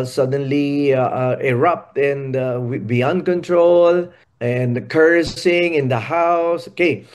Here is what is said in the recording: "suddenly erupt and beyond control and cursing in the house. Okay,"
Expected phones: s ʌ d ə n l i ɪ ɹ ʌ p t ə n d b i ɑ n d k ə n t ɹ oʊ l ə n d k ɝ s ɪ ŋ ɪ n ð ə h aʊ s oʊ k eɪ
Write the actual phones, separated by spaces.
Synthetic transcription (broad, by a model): s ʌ d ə n l i ɪ ɹ ʌ p t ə n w b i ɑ n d k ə n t ɹ oʊ l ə n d k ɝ s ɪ ŋ ɪ n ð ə h aʊ s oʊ k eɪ